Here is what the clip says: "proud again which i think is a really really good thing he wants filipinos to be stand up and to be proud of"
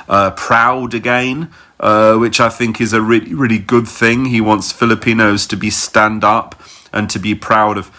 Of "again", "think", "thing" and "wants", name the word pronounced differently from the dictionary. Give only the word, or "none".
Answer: none